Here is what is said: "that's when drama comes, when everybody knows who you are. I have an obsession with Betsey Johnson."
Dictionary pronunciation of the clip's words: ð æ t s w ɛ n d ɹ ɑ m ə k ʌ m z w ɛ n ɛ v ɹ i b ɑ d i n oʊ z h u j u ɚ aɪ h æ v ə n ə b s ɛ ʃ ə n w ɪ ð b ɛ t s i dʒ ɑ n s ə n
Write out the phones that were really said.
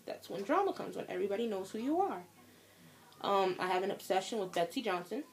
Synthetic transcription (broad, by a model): ð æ t s w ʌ n d ɹ ɑ m ə k ʌ m z w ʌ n ɛ v ɹ i b ɑ d i n oʊ z h u j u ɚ aɪ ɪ v ə n ə b s ɛ ʃ ə n w ɪ ð b ɛ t s i dʒ ɑ n s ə n